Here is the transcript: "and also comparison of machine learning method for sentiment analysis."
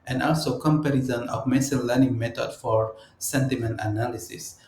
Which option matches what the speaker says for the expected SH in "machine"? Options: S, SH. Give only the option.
S